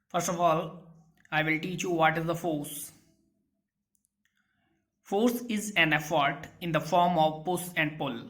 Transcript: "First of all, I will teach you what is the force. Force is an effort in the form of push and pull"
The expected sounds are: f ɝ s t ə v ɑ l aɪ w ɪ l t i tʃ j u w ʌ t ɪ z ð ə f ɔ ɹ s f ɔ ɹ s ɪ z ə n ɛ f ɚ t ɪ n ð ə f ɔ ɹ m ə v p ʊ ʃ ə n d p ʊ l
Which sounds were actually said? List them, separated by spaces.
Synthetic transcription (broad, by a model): f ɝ s t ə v ɑ l aɪ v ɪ l t i tʃ j u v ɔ t ɪ z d ə f ɔ ɹ s f ɔ ɹ s ɪ z ə n ɛ f ɚ t ɪ n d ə f ɔ ɹ m ə v p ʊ s ə n d p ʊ l